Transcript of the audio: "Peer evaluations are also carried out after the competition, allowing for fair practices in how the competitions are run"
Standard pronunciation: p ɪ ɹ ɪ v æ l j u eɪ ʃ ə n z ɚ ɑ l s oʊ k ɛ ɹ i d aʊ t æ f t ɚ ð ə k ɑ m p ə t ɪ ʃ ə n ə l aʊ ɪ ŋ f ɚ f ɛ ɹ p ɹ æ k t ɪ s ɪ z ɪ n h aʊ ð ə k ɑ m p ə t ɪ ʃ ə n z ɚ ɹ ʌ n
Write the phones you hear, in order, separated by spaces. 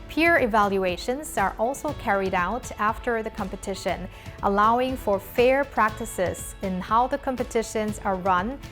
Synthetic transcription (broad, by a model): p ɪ ɹ ɪ v æ l j u eɪ ʃ ə n z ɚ ɑ l s oʊ k ɛ ɹ i d aʊ t æ f t ɚ ð ə k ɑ m p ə t ɪ ʃ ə n ə l aʊ ɪ ŋ f ɚ f ɛ ɹ p ɹ æ k t ɪ s ɪ z ɪ n h aʊ ð ə k ɑ m p ə t ɪ ʃ ə n z ɚ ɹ ʌ n